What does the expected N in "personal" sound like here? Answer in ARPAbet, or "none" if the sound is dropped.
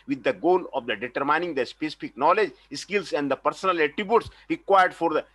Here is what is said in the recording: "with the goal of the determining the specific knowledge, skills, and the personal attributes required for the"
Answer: N